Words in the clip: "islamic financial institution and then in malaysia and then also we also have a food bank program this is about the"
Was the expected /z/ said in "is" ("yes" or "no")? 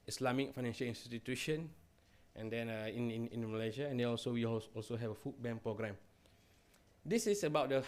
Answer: no